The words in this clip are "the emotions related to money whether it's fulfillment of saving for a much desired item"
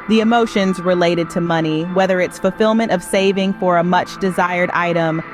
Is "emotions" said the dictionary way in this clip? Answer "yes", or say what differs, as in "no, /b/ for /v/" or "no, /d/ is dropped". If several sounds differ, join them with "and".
yes